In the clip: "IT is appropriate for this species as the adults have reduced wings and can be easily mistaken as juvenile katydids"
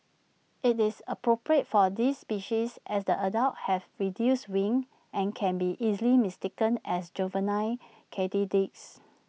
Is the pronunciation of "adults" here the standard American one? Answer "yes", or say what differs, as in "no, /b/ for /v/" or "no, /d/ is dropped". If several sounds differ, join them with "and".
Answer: no, /s/ is dropped